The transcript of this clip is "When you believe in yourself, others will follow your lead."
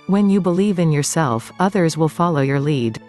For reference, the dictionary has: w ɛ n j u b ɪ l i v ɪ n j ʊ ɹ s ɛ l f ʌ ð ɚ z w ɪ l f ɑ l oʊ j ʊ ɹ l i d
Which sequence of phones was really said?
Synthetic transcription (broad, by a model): w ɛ n j u b ɪ l i v ɪ n j ʊ ɹ s ɛ l f ʌ ð ɚ z w ɪ l f ɑ l oʊ j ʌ ɹ l i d